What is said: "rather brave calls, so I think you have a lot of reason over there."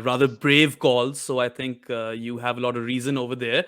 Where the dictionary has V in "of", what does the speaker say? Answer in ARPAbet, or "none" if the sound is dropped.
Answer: V